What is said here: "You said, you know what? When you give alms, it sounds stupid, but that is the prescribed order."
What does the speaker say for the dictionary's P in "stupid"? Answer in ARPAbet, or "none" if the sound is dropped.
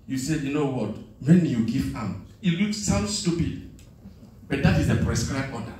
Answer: P